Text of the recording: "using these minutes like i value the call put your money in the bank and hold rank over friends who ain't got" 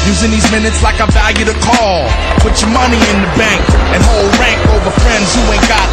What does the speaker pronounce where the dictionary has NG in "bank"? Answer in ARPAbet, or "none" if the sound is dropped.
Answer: NG